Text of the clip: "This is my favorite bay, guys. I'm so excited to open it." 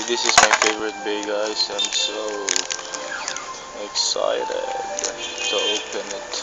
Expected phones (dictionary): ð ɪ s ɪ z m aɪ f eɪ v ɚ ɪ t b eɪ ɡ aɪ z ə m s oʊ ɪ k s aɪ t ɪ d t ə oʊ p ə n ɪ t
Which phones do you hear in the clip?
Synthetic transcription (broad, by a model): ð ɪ s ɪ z m aɪ f eɪ v ɚ ɪ t b eɪ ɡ aɪ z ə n s oʊ ɪ k s aɪ t ɪ d s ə oʊ p ə n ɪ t